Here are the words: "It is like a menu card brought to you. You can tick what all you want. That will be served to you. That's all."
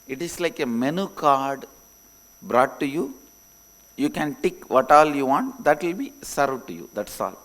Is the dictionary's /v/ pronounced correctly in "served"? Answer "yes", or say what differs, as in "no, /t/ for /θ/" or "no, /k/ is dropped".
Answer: no, /v/ is dropped